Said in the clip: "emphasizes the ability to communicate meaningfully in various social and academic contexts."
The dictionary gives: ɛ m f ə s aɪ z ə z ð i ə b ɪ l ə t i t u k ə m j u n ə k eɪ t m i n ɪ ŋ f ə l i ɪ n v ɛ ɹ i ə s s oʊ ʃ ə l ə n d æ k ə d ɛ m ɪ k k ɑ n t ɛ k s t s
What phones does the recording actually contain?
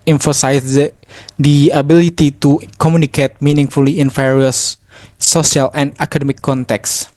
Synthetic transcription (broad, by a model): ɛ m f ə s aɪ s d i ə b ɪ l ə t i t u k ə m j u n ə k eɪ t m i n ɪ ŋ f ə l i ɪ n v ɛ ɹ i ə s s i ə l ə n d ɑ k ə d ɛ m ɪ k k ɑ n t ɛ k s s